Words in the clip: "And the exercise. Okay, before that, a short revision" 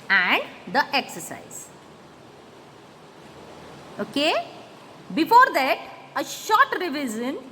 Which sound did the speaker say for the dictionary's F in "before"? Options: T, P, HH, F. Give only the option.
F